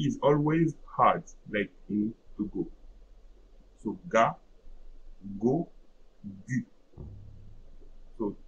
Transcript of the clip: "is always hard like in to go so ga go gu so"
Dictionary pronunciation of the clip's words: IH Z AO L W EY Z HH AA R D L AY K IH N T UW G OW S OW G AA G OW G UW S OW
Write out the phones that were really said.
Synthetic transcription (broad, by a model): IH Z AO L W EY Z HH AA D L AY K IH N T UW G OW S OW G AA G OW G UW S OW